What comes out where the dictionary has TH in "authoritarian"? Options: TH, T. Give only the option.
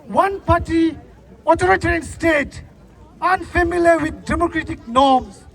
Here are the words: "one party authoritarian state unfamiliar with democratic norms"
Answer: T